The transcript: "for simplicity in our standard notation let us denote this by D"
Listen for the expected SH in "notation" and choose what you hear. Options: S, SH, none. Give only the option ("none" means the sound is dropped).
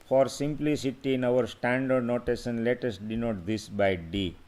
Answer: S